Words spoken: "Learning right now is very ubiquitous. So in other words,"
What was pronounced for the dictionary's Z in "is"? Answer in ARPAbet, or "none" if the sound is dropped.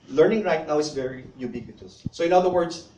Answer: S